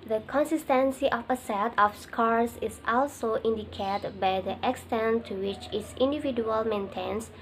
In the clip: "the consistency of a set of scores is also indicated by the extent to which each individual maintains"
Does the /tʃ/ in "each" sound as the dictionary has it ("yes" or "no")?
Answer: no